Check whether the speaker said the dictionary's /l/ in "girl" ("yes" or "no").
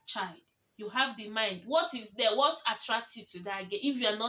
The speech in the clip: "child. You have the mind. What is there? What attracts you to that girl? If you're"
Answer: no